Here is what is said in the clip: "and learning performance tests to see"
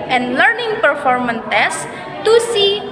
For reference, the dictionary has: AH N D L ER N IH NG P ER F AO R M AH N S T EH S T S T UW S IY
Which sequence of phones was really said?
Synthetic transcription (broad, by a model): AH N L ER N IH NG P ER F AO R M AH N T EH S S T UW S IY